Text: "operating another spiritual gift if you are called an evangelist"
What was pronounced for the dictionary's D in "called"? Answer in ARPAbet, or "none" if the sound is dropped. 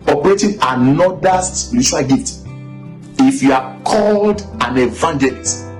D